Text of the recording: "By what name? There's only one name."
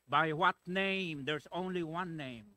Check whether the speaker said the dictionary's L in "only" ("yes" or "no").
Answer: yes